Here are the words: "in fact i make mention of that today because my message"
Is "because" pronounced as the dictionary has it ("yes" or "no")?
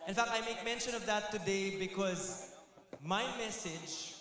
yes